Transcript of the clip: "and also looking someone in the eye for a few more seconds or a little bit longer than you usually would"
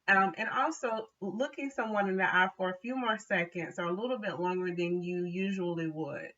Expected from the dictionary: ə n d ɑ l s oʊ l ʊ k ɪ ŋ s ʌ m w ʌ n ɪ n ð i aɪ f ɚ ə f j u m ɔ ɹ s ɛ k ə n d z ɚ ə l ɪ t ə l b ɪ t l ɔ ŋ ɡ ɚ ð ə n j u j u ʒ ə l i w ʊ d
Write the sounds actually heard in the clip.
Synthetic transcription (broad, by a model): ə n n ɑ l s oʊ l ʊ k ɪ ŋ s ʌ m w ʌ n ɪ n ð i aɪ f ɚ ə f j u m ɔ ɹ s ɛ k ə n d z ɚ ə l ɪ t l b ɪ t l ɔ ŋ ɡ ɚ ð ə n j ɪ j u ʒ ə l i w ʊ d